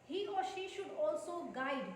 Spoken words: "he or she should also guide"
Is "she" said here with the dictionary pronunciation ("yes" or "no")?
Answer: yes